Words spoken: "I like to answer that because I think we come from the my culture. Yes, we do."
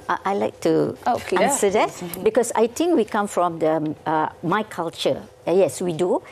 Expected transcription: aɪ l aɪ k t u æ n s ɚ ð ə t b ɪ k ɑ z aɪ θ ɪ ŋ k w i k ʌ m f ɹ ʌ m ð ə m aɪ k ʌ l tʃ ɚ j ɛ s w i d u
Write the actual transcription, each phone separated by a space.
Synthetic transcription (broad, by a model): aɪ l aɪ k t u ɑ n s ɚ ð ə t b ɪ k ɑ s aɪ t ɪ ŋ k w i k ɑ m f ɹ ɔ m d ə m aɪ k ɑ l tʃ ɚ j ɛ s w i d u